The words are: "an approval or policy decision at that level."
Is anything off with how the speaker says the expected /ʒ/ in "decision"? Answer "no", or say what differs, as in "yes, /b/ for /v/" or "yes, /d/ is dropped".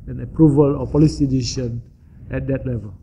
yes, /ʃ/ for /ʒ/